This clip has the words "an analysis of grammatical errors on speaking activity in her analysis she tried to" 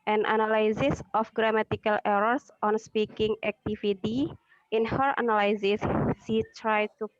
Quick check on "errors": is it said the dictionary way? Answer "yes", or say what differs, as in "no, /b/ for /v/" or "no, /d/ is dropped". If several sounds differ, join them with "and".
no, /s/ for /z/